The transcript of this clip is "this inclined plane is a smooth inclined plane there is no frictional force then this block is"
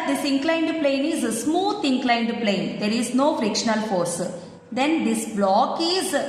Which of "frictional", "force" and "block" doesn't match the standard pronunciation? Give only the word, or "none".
none